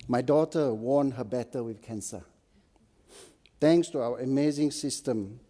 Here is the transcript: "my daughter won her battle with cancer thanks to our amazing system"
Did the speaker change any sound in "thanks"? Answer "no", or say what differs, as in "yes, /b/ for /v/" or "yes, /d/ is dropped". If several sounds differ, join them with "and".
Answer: yes, /t/ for /θ/